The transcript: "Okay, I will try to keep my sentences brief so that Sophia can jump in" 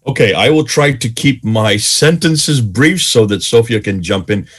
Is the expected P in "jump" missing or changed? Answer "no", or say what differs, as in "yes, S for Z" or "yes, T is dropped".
no